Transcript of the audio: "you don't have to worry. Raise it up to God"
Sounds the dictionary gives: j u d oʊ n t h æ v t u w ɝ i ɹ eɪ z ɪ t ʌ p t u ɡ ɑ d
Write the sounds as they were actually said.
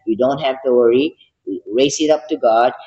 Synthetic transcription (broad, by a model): j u d oʊ n t h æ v t u w ɝ i ɹ eɪ s ɪ t ʌ p t u ɡ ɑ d